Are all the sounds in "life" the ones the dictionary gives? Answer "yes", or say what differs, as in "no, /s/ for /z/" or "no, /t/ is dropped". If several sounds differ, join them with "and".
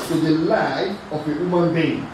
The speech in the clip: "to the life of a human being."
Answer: no, /f/ is dropped